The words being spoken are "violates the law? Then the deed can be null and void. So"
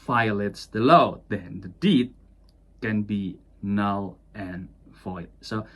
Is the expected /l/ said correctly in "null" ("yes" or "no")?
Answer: yes